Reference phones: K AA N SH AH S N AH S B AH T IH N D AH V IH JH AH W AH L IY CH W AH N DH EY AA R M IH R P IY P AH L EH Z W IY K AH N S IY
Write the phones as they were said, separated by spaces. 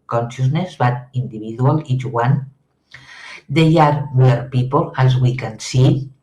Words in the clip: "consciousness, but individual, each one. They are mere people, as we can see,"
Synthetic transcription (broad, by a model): K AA N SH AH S N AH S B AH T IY N D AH B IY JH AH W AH L IY CH W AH N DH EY AA R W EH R P IY P AH L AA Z W IY K AH N S IY